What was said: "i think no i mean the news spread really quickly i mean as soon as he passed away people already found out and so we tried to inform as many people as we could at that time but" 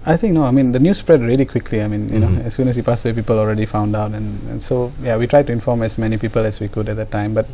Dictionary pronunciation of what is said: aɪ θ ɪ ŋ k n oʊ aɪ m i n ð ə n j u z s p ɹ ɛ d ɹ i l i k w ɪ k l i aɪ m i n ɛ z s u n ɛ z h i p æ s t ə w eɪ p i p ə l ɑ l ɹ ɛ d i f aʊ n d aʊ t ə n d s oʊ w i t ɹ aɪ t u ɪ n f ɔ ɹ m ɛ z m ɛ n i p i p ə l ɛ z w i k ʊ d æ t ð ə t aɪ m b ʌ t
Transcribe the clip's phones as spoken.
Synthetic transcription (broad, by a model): aɪ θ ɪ ŋ k n oʊ aɪ m i n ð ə n j u s p ɹ ɛ d ɹ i l i k w ɪ k l i aɪ m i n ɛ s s u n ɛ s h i p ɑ s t ə w eɪ p i p ə l ɑ l ɹ ɛ d i f aʊ n d aʊ t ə n s oʊ w i t ɹ aɪ t u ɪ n f ɔ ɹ m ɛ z m ɛ n i p i p ə l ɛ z w i k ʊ d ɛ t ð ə t aɪ m b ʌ t